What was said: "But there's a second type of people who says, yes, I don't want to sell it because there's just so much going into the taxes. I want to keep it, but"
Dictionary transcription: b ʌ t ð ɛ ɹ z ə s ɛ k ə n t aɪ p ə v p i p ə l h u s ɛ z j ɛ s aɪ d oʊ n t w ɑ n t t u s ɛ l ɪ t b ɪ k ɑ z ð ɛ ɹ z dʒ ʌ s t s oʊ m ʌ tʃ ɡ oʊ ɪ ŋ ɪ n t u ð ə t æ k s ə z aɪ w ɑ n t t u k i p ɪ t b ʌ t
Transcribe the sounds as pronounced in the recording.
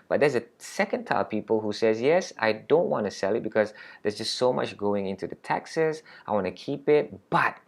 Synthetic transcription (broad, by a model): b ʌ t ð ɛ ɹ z ə s ɛ k ə n t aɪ ə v p i p ə l h u s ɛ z j ɛ s aɪ d oʊ n t w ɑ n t t u s ɛ l ɪ t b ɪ k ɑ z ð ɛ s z dʒ ʌ s t s oʊ m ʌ tʃ ɡ oʊ ɪ ŋ ɪ n t u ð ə t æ k s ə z aɪ w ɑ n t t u k i p ɪ t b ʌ t